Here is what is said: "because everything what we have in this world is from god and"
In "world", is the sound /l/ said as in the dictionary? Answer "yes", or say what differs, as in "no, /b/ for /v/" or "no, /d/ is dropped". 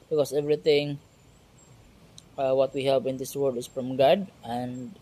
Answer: no, /l/ is dropped